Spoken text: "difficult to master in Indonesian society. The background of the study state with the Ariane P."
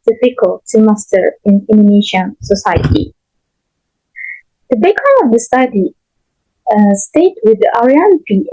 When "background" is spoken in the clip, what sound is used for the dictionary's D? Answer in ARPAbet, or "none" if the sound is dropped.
none